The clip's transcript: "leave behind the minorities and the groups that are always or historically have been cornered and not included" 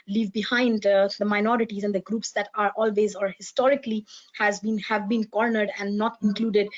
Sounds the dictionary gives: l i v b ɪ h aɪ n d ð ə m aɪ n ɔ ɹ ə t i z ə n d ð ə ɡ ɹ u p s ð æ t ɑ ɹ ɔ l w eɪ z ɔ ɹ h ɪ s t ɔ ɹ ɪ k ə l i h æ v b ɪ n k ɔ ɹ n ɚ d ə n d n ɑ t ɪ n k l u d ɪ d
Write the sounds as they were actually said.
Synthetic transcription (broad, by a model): l i v b ɪ h aɪ n d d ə m aɪ n ɔ ɹ ə t i z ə n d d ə ɡ ɹ u p s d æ t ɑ ɹ ɔ l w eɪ z ɔ ɹ h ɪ s t ɔ ɹ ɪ k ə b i h æ v b ɪ n k ɔ ɹ n ɚ d ə n d n ɑ t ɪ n k l u d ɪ d